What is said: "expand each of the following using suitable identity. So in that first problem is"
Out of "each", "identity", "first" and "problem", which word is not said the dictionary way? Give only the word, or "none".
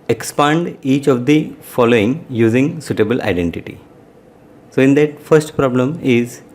none